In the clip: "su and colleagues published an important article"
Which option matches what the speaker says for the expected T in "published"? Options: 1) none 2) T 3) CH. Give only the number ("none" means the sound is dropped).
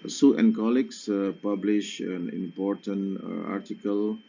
1